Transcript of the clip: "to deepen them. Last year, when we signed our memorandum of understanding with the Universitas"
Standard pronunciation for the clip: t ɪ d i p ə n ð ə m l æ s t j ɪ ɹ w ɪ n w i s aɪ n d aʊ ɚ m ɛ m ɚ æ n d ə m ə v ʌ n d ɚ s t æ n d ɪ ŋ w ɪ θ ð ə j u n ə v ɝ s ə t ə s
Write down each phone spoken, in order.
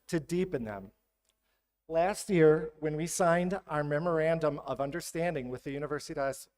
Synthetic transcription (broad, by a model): t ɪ d i p ə n ð ə m l æ s t j ɪ ɹ w ɪ n w i s aɪ n d aʊ ɚ m ɛ m ɚ æ n d ə m ə v ʌ n d ɚ s t æ n d ɪ ŋ w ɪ ð ə j u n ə v ɝ s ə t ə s